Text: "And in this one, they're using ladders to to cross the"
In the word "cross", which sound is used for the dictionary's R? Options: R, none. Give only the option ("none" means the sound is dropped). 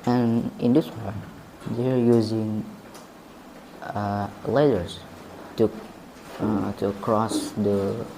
R